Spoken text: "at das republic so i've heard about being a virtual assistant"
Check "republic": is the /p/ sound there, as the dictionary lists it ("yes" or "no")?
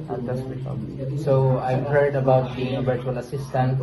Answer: no